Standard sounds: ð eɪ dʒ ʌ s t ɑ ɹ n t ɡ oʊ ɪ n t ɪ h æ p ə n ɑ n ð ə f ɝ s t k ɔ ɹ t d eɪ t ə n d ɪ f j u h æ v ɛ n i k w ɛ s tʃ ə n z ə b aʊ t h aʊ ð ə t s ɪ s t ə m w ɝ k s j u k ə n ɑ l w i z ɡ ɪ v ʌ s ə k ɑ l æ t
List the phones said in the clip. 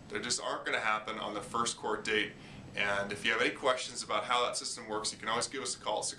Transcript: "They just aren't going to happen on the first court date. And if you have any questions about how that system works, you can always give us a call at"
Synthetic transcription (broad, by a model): ð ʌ dʒ ʌ s t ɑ ɹ n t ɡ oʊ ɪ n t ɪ h æ p ə n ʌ n ð ə f ɝ s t k ɔ ɹ t d eɪ t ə n ɪ f j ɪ v ɛ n i k w ɛ s tʃ ə n z ə b aʊ t h aʊ ð ə t s ɪ s t ə m w ɝ k s j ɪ k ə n ɑ l w i z ɡ ɪ v ʌ s ə k ɑ l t